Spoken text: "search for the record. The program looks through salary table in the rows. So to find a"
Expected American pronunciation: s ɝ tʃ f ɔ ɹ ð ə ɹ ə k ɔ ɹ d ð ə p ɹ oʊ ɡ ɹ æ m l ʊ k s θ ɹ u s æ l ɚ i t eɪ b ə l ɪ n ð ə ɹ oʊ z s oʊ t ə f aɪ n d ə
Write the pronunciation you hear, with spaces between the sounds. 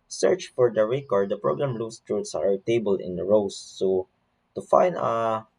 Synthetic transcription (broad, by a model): s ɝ tʃ f ɔ ɹ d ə ɹ ə k ɔ ɹ d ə p ɹ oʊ ɡ ɹ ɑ m l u s t ɹ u s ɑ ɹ t eɪ b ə l ɪ n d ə ɹ oʊ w s oʊ t ə f aɪ n d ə